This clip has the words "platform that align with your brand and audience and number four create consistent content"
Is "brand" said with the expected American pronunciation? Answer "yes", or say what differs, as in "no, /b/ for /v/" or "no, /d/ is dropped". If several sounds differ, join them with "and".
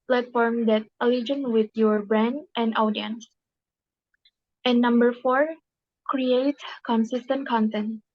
yes